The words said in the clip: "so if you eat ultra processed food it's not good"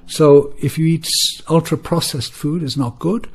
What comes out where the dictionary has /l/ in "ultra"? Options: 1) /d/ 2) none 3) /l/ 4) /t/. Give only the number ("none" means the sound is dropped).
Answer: 3